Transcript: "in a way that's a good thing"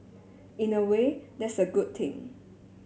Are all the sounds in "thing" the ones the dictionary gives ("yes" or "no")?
no